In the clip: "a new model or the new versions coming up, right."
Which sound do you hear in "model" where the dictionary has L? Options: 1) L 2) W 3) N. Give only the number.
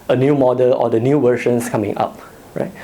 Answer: 1